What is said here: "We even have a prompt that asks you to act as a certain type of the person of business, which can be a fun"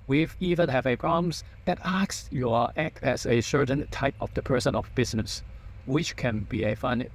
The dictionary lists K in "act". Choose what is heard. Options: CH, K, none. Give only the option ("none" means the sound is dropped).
K